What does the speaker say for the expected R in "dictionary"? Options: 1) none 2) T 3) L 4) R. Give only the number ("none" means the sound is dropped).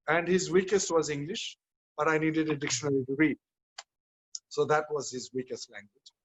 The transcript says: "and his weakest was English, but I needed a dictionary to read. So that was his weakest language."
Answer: 3